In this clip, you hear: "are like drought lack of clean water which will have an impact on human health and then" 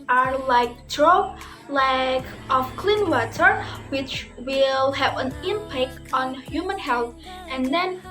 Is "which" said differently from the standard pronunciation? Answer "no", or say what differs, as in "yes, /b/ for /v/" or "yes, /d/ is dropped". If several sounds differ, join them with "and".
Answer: no